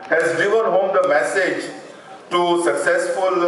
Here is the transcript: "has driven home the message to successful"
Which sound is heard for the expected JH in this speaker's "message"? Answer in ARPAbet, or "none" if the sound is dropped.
JH